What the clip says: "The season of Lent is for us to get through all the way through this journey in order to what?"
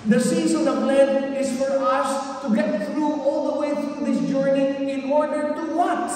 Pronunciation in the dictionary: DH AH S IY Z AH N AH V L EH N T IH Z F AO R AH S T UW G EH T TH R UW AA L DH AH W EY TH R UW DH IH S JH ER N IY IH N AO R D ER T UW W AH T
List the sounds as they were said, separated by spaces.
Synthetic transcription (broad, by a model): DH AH S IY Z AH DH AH P L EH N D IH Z F AO R AH S T UW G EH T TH R UW AA L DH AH W EY TH R UW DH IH S JH ER N IY IH N AO R D ER T UW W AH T